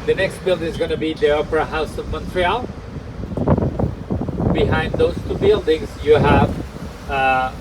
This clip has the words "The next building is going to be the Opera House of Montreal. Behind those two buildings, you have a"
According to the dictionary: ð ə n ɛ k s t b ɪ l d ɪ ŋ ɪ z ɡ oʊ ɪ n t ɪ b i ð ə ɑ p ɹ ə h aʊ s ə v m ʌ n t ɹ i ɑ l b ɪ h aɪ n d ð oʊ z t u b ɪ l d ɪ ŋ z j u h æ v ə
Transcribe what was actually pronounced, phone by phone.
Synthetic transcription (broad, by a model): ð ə n ɛ k s t b ɪ l d ɪ ŋ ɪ z ɡ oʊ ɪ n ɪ b i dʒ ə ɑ p ɹ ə h aʊ s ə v m ʌ n t ɹ i ɑ l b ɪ h aɪ n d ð oʊ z t u b ɪ l d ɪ ŋ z j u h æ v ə